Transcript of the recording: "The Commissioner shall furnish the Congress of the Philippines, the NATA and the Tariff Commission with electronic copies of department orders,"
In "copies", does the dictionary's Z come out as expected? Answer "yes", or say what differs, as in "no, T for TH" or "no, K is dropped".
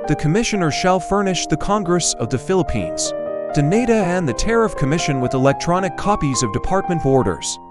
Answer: yes